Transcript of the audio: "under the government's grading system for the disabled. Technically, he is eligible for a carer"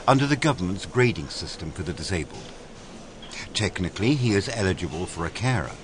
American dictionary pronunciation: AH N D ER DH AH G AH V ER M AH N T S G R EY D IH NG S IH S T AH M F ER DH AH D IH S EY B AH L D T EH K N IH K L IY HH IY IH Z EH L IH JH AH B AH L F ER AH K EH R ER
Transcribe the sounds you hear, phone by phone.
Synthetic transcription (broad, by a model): AH N D ER DH AH G AH V ER M AH N T S G R EY D IH NG S IH S T AH M F ER DH AH D IH S EY B AH L D T EH K N IH K L IY IY IH Z EH L IH JH AH B AH L F ER AH K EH R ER